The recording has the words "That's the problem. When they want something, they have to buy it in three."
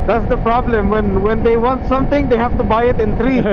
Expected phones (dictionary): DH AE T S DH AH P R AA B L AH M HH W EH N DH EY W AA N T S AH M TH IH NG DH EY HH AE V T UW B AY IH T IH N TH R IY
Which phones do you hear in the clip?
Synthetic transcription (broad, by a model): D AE T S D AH P R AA B L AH M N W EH N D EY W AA N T S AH M T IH NG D EY HH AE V T UW B AY IH T IH N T R IY